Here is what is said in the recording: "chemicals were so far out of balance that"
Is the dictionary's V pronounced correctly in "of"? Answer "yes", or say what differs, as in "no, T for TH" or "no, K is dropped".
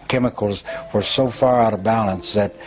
yes